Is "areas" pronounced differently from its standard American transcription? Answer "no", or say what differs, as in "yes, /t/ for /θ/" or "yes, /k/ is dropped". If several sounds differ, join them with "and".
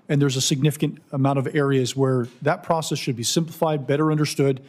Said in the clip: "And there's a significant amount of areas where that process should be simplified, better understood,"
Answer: no